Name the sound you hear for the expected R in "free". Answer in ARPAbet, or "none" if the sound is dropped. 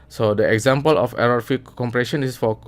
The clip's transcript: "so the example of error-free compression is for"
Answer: none